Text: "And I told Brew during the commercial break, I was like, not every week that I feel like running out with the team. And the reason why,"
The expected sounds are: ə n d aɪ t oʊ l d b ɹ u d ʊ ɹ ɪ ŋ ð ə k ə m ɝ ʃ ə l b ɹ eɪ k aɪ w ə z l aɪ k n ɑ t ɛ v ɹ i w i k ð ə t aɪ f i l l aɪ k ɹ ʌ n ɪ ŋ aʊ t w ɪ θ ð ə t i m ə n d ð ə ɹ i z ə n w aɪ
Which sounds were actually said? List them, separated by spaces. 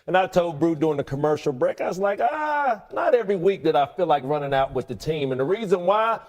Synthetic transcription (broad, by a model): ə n aɪ t oʊ l d b ɹ u d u ɪ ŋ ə k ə m ɝ ʃ l b ɹ eɪ k aɪ w ə z l aɪ k n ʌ t ɛ v ɹ i w i k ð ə t aɪ f i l l aɪ k ɹ ʌ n ɪ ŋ aʊ t w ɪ ð ə t i m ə n ð ə ɹ i z ə n w aɪ